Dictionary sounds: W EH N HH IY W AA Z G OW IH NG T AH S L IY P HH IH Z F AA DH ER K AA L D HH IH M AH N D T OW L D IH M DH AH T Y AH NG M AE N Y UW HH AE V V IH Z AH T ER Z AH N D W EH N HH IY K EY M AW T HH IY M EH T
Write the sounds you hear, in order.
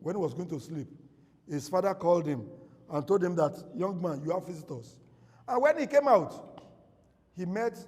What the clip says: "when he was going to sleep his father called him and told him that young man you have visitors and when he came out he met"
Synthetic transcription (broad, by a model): W EH N HH IY W AA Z G OW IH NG T AH S L IY P HH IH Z F AA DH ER K AA L D HH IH M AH N T OW L D IH M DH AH T Y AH NG M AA N Y UW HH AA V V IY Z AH T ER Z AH N W EH N HH IY K EY M AW T HH IY M EH T